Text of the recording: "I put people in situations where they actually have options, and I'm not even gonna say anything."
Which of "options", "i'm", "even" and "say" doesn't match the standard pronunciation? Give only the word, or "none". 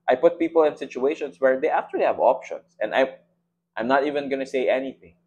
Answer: options